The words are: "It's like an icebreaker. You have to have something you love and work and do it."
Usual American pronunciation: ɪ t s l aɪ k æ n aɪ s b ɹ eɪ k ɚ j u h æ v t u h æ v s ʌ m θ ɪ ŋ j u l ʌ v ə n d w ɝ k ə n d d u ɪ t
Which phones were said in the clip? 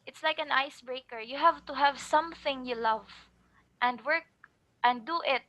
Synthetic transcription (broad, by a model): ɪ t s l aɪ k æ n aɪ s b ɹ eɪ k ɚ j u h æ v t u h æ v s ʌ m θ ɪ ŋ j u l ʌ v ə n d w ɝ k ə n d d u ɪ t